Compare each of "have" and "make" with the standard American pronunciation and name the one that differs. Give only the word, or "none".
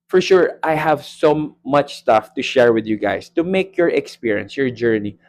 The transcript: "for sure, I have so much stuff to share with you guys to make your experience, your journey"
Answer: none